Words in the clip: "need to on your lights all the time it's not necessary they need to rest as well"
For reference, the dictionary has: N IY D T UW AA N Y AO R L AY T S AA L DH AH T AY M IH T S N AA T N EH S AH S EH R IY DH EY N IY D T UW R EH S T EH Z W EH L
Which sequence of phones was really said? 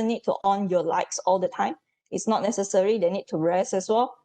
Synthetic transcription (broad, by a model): N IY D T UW AA N Y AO L AY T S AA L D AH T AY M IH T S N AA T N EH S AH S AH R IY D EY N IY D T UW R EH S EH S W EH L